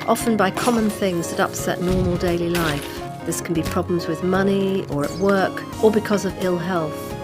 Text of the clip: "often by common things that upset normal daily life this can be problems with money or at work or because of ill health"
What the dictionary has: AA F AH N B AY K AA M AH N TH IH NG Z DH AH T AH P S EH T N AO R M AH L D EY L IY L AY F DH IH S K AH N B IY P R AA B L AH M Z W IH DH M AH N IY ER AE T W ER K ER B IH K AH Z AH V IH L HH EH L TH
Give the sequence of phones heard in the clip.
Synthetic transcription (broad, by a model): AA F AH N B AY K AA M AH N TH IH NG Z DH AH T AH P S EH T N AO R M AH L D EY L IY L AY F DH IH S K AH N B IY P R AA B L AH M Z W IH DH M AH N IY ER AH T W ER K ER B IH K AH Z AH V IH L HH EH L TH